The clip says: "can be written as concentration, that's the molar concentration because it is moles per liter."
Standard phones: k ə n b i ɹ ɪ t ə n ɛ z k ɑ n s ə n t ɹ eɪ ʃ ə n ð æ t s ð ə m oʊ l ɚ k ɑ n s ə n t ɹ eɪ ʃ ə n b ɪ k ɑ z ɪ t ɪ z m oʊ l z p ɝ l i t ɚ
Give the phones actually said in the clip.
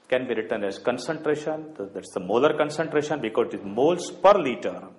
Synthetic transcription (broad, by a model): k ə n b i ɹ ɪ t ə n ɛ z k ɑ n s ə n t ɹ eɪ ʃ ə n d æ t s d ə m oʊ l ɚ k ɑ n s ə n t ɹ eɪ ʃ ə n b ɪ k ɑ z ɪ t ɪ z m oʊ l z p ɝ l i t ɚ